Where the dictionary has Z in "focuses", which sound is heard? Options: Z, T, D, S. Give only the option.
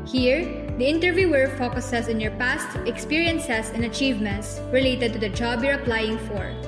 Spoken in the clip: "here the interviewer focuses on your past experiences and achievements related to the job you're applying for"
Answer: S